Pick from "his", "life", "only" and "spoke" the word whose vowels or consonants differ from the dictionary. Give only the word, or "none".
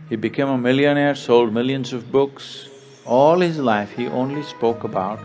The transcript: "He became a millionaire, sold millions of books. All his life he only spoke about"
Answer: none